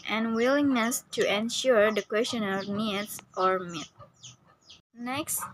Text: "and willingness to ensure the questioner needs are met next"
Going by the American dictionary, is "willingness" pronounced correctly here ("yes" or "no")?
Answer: yes